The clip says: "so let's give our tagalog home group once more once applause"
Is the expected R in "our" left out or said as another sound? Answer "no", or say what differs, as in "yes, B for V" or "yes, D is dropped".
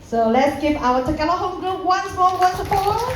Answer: yes, W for R